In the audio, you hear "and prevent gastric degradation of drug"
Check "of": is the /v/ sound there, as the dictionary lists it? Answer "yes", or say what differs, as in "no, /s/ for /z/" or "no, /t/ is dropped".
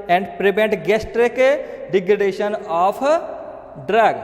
no, /p/ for /v/